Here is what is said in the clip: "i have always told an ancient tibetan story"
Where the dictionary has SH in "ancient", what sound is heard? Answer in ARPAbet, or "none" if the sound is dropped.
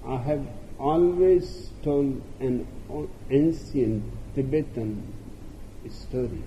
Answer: S